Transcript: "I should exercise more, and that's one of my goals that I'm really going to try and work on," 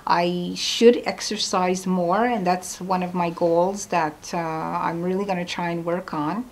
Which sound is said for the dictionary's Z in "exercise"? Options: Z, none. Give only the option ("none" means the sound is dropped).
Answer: Z